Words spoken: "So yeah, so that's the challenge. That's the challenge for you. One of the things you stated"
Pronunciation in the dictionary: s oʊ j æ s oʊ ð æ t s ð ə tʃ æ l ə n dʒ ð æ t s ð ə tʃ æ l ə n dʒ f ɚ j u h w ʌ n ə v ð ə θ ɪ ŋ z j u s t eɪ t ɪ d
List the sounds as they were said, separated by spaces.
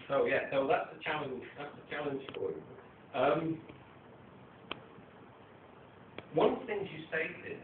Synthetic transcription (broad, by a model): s oʊ j æ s oʊ ð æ t s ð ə tʃ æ l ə n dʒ ð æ t s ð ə tʃ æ l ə n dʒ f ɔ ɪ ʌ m w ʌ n θ ɪ ŋ z j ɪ s t eɪ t ɪ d